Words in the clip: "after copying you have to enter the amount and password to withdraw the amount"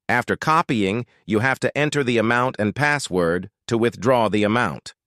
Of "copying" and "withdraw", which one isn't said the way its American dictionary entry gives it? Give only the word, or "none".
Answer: none